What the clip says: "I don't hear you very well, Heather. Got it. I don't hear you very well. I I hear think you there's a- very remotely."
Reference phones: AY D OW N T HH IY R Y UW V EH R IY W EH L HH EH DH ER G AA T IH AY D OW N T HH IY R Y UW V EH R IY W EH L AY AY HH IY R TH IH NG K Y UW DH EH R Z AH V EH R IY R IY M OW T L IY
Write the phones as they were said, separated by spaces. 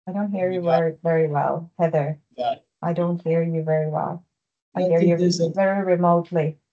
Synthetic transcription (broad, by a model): AY D OW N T HH IY R Y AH V EH R IY W EH L HH EH DH ER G AA IH D OW N T HH IY R Y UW V EH R IY W EH L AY AY HH IY R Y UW AH V EH R IY R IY M OW T L IY